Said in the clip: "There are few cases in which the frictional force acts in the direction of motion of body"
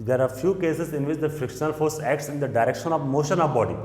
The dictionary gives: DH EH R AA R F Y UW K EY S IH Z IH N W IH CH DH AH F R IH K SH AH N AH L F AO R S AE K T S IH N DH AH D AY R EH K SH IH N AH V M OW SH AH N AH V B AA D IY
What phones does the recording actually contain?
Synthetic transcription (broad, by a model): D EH R AA R F Y UW K EY S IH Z IH N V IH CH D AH F R IH K SH AH N AH L F AO R S AE K T S IH N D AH D AY R EH K SH IH N AH V M OW SH AH N AH V B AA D IY